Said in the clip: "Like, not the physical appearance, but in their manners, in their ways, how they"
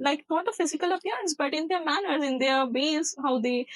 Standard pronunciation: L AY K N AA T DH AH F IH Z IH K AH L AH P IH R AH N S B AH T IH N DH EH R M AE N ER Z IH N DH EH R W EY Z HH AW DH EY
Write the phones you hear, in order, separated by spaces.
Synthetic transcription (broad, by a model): L AY K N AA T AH F IH Z IH K AH L AH P IH R AH N S B AH T IH N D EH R M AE N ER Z IH N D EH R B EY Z HH AW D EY